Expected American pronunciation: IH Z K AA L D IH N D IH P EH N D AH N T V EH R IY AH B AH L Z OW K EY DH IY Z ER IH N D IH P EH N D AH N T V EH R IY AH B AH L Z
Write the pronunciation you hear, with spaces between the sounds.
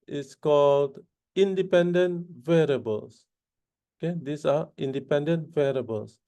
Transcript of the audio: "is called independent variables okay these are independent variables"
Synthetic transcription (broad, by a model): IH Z K AA L D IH N D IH P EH N D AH N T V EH R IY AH B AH L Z OW K EY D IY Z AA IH N D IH P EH N D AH N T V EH R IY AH B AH L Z